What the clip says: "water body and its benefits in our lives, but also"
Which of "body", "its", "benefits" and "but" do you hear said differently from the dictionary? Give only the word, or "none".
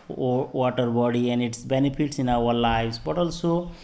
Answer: benefits